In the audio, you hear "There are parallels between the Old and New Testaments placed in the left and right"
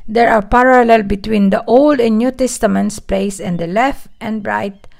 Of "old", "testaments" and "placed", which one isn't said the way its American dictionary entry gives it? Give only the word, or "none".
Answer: placed